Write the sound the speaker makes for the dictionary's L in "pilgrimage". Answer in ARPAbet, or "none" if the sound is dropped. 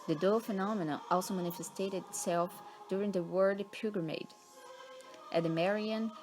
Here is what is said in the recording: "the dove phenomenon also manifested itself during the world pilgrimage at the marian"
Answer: none